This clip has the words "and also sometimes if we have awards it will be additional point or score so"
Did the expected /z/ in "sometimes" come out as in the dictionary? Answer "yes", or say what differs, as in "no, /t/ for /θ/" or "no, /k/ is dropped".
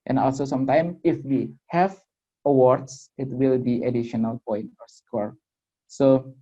no, /z/ is dropped